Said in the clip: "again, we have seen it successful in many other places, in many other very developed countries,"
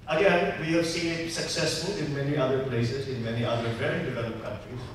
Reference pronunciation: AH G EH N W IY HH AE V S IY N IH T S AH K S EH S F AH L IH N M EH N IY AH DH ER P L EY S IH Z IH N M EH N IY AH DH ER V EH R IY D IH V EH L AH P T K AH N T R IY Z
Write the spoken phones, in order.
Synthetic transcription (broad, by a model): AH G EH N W IY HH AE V S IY IH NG S AH K S EH S F AH L IH N M EH N IY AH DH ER P L EY S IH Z IH N M EH N IY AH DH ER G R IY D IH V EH L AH P K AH N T R IY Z